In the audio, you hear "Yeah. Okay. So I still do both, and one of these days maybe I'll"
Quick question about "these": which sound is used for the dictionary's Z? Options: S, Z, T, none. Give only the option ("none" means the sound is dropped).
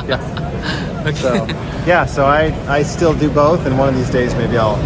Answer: Z